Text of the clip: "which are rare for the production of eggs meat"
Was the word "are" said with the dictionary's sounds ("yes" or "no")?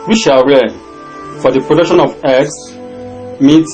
no